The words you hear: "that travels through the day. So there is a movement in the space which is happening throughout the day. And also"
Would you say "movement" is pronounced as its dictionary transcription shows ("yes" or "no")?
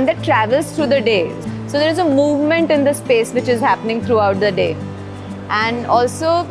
yes